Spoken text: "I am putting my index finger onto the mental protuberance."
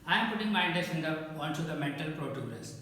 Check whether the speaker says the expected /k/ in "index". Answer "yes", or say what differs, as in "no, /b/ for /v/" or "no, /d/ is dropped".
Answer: no, /k/ is dropped